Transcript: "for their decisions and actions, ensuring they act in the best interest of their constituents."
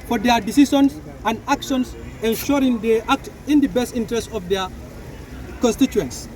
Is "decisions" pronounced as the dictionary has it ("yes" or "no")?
no